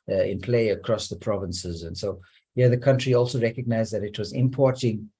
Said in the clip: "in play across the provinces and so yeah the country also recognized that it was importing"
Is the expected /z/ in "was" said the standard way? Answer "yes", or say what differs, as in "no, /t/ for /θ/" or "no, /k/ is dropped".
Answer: yes